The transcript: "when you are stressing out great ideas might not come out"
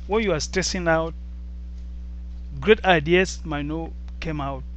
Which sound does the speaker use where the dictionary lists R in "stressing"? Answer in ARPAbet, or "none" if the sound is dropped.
none